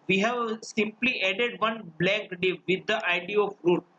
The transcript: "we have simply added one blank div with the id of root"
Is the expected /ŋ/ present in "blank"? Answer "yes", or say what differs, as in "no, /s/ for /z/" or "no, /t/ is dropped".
no, /ŋ/ is dropped